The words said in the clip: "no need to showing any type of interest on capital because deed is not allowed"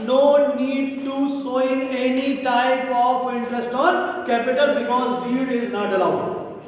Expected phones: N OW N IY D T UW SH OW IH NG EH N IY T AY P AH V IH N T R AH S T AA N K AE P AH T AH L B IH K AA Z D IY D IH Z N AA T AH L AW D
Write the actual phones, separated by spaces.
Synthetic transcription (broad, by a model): N OW N IY D T UW S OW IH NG EH N IY T AY P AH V IH N T R AH S T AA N K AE P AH T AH L B IH K AA Z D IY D IH Z N AA T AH L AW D